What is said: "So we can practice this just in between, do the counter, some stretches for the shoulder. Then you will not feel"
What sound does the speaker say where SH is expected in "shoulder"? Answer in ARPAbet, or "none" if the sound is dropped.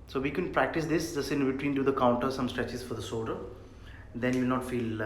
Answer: S